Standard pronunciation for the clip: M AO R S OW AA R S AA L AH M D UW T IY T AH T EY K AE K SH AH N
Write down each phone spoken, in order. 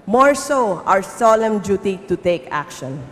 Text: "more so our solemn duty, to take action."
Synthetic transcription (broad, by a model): M AO R S OW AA W S AA L AH M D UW T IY T AH T EY K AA K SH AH N